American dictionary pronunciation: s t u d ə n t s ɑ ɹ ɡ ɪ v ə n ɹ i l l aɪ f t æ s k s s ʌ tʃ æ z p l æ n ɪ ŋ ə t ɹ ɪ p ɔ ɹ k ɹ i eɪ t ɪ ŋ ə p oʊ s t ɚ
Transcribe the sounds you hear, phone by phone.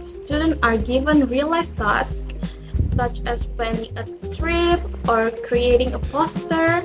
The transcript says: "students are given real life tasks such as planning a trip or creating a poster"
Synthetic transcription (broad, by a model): s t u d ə n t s ɑ ɹ ɡ ɪ v ə n ɹ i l l aɪ f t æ s k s s ʌ tʃ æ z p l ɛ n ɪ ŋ ə t ɹ ɪ p ɔ ɹ k ɹ i eɪ t ɪ ŋ ə p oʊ s t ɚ